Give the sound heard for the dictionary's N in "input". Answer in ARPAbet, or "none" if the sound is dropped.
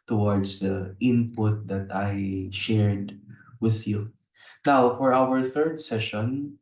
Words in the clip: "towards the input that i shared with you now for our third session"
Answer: N